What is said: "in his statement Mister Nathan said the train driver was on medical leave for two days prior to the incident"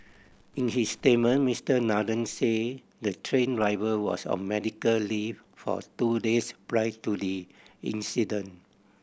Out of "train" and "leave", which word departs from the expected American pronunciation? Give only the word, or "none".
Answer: leave